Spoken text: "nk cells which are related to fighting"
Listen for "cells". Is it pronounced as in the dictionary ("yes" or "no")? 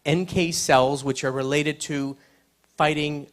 yes